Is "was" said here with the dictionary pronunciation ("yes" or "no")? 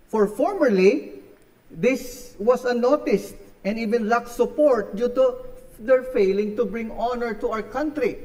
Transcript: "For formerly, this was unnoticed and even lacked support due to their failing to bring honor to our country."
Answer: no